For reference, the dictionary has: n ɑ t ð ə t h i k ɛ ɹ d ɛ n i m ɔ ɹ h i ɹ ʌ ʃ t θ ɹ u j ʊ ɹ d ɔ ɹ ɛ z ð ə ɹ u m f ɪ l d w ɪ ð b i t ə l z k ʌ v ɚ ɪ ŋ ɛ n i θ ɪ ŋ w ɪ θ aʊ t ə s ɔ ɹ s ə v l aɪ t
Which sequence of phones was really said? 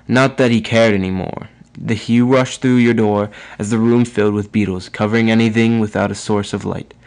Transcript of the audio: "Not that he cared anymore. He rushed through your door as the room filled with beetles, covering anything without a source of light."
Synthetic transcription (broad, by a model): n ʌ t ð ə t h i k ɛ ɹ d ɛ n i m ɔ ɹ h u ɹ ʌ ʃ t θ ɹ u j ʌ ɹ d ɔ ɹ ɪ z ð ə ɹ u m f ɪ l d w ɪ ð b i t l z k ʌ v ɚ ɪ ŋ ɛ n i θ ɪ ŋ w ɪ θ aʊ t ə s ɔ ɹ s ə v l aɪ t